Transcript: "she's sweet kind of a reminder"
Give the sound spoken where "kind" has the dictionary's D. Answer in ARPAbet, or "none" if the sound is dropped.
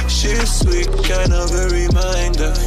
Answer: none